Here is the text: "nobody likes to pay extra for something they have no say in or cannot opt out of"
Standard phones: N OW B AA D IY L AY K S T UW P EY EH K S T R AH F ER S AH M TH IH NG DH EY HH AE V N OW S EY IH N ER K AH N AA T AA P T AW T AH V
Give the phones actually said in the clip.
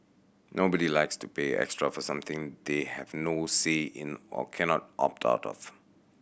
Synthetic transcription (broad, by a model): N OW B AA D IY L AY K S T UW P EY EH K S T R AH F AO S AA M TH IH NG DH EY HH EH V N OW S EY IH N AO K AH N AA T AA P T AW T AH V